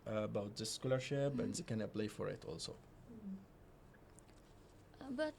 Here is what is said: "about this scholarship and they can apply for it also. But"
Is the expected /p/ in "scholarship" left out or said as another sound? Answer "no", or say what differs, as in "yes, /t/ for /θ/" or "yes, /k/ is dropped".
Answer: yes, /b/ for /p/